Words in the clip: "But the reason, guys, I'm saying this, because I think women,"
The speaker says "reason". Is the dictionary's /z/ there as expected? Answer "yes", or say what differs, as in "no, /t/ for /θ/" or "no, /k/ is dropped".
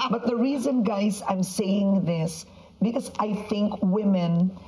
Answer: yes